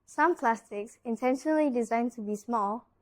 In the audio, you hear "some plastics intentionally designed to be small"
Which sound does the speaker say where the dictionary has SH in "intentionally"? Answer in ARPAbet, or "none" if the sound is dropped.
SH